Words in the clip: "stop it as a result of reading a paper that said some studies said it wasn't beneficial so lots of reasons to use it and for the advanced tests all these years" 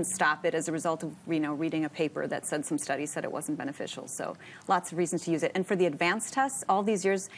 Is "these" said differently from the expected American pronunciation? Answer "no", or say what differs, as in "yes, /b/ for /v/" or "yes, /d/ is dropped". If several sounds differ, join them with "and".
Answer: no